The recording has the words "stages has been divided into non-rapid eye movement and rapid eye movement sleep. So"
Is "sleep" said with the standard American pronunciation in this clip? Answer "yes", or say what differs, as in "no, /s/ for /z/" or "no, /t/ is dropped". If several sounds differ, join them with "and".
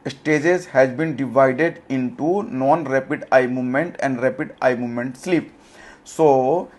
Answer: yes